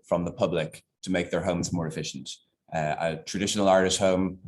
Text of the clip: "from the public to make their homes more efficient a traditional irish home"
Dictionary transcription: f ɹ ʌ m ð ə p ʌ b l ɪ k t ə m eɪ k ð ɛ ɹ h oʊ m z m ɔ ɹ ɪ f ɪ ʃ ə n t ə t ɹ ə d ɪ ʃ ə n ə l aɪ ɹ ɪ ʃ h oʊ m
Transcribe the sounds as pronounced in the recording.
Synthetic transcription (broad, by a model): f ɹ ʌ m ð ə p ʌ b l ɪ k t ə m eɪ k ð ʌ ɹ h oʊ m z m ɔ ɹ ɪ f ɪ ʃ ə n t ə t ɹ ə d ɪ ʃ ə n ə l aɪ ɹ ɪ s h oʊ m